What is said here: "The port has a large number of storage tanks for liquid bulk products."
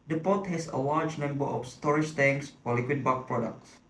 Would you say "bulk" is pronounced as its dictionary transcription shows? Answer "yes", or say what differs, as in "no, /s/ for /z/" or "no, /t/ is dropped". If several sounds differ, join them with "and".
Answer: no, /l/ is dropped